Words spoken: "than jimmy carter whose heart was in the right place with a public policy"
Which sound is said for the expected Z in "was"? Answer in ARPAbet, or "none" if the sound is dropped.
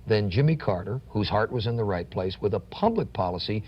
Z